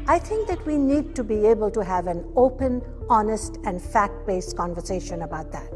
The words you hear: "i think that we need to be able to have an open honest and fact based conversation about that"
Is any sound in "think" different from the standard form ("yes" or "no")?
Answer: yes